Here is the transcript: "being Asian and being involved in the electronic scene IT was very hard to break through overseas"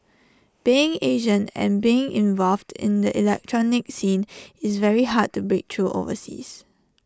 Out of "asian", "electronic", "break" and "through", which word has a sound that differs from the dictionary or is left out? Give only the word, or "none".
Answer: through